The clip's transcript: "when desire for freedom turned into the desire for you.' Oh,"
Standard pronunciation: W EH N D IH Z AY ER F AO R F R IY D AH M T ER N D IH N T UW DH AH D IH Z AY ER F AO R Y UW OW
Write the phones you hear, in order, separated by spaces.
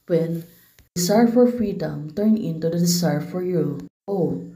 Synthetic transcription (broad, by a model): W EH N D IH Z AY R F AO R F R IY D AH M T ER N IH N T UW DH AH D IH S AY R F AO R Y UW OW